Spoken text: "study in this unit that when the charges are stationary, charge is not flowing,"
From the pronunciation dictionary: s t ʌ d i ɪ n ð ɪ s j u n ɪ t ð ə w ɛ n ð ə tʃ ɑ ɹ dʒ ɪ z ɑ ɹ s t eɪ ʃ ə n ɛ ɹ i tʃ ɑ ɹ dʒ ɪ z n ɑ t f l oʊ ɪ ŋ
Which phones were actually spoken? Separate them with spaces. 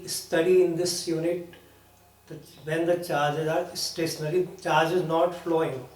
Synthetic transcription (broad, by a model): s t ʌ d i ɪ n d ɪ s j u n ɪ t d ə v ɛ n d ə tʃ ɑ ɹ dʒ ɪ z ɑ ɹ s t eɪ ʃ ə n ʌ l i tʃ ɑ ɹ dʒ ɪ z n ɑ t f l oʊ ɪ ŋ